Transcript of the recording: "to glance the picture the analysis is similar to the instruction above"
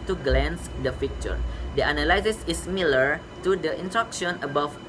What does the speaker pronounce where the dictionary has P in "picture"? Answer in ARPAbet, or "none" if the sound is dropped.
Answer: F